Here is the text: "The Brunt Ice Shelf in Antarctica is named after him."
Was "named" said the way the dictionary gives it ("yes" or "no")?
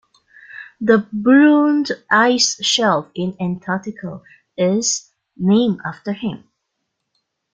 no